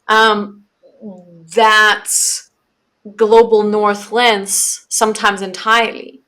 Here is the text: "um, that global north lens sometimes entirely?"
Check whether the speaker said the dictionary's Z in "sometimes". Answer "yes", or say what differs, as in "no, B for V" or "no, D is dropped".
yes